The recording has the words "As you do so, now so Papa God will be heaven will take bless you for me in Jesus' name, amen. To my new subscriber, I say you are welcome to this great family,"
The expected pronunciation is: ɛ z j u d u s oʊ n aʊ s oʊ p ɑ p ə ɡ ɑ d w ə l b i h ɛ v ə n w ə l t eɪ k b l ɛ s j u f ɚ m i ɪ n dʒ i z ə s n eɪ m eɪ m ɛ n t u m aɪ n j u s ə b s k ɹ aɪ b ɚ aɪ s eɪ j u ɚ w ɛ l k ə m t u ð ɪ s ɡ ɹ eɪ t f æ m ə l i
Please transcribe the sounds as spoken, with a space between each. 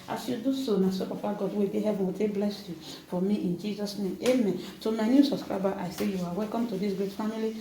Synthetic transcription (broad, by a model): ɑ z j u d u s oʊ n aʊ s oʊ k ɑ f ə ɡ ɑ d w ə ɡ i h ɛ v ə n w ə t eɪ b l ɛ s j u f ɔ m i ɪ n dʒ i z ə s n eɪ m eɪ m ɛ n t u m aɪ n j u s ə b s k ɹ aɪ b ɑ aɪ s eɪ j u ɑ w ɛ l k ə m t u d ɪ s ɡ ɹ eɪ t f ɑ m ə l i